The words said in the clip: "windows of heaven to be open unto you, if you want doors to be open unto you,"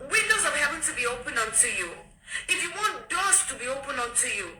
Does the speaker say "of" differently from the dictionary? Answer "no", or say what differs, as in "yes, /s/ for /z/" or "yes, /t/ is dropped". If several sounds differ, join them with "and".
yes, /w/ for /v/